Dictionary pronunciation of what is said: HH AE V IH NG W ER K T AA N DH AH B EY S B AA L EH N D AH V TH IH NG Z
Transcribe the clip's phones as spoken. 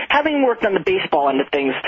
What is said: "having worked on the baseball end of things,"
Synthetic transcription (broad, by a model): HH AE V IH NG W ER K T N DH AH B EY S B AA L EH N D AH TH IH NG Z